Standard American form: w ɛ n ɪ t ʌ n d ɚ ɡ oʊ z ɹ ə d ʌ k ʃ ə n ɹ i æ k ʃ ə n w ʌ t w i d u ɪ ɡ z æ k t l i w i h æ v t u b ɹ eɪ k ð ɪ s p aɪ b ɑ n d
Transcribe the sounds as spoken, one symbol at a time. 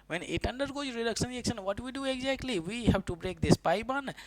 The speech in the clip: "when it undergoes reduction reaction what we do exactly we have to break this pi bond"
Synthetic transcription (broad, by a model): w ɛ n ɪ t ʌ n d ɚ ɡ oʊ z ɹ ə d ʌ k ʃ ə n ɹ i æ k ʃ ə n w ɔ t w i d u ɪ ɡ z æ k t l i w i h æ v t u b ɹ eɪ k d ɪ s p aɪ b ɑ n